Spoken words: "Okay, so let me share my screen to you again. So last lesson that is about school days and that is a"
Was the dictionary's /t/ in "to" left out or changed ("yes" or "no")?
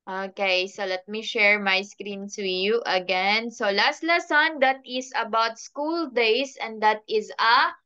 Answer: yes